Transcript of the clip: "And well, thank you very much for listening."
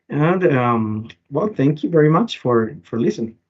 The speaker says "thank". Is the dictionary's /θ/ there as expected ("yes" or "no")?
yes